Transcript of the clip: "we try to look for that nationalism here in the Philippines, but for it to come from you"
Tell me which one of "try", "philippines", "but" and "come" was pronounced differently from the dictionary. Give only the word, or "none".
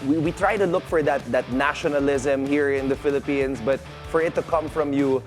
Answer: philippines